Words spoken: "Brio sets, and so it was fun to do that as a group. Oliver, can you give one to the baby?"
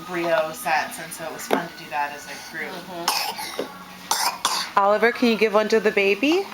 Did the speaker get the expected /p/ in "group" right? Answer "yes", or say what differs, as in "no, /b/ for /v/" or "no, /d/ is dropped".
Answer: no, /p/ is dropped